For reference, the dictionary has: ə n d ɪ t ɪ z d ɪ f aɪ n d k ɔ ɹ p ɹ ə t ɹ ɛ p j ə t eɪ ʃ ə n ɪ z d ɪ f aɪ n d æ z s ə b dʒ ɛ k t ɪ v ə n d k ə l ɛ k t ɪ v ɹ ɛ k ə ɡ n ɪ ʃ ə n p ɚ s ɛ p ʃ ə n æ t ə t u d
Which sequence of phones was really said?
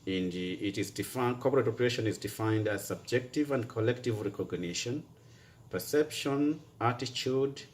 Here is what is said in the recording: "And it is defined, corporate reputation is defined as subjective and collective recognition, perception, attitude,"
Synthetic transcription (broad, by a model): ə n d ɪ t ɪ z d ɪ f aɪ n k ɔ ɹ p ɹ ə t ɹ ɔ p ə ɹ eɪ ʃ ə n ɪ z d ɪ f aɪ n d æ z s ə b dʒ ɛ k t ɪ v ə n d k ə l ɛ k t ɪ v ɹ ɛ k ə ɡ n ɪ ʃ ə n p ɚ s ɛ p ʃ ə n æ t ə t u d